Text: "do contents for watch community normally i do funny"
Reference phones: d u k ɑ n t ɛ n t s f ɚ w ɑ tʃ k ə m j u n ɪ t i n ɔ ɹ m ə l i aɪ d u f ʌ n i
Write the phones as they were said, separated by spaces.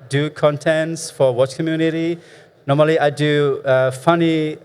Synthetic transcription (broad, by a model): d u k ɑ n t ɛ n t s f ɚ w ɑ tʃ k ə m j u n ɪ t i n ɔ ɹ m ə l i aɪ d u f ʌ n i